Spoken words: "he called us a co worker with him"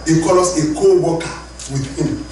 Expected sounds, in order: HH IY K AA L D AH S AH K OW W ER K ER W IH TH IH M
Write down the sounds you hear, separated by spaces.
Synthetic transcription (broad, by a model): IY K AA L AO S AH K OW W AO K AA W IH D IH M